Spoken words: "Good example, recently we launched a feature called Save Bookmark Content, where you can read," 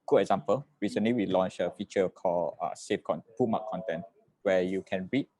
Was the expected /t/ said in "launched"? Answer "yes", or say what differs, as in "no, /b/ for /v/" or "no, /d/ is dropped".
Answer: no, /t/ is dropped